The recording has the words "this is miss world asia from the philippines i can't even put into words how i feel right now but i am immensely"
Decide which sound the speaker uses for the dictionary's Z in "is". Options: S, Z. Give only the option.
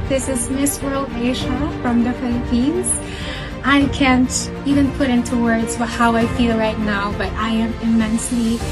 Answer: Z